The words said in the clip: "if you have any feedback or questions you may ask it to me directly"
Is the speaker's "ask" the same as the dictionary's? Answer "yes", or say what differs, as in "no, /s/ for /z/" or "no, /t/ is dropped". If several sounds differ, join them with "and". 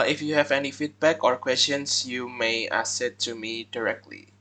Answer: no, /k/ is dropped